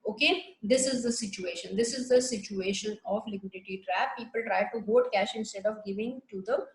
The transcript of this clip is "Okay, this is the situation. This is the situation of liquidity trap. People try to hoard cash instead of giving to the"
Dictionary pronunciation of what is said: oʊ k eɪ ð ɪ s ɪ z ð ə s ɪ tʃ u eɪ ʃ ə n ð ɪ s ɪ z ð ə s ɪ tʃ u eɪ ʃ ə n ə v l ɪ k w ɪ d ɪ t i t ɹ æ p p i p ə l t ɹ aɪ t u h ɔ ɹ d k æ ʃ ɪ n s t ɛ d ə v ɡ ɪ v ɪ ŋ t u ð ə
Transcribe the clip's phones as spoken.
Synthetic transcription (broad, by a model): oʊ k eɪ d ɪ s ɪ z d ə s ɪ tʃ u eɪ ʃ ə n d ɪ s ɪ z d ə s ɪ tʃ u eɪ ʃ ə n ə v l ɪ k w ɪ d ɪ t i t ɹ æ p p i p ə l t ɹ aɪ t u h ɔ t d k æ ʃ ɪ n s t ɛ d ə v ɡ ɪ v ɪ ŋ t u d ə